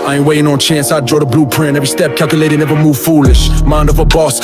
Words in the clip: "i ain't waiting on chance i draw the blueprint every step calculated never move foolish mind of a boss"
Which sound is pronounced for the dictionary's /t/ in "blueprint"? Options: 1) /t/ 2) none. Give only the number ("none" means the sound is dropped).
2